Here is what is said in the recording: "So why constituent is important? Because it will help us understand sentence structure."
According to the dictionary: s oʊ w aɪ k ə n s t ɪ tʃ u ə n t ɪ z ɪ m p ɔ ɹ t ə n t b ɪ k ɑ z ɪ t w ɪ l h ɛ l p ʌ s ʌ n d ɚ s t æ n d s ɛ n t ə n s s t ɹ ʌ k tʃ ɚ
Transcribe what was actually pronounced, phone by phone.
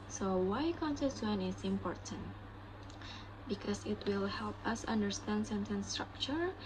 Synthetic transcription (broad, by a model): s oʊ w aɪ k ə n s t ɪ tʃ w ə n ɪ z ɪ m p ɔ ɹ t ə n t b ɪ k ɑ s ɪ t w ɪ l h ɛ l p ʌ s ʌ n d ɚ s t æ n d s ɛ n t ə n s s t ɹ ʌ k tʃ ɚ